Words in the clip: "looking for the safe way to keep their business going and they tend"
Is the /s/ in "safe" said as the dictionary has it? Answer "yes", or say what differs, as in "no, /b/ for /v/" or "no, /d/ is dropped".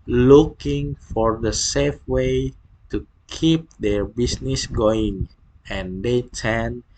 yes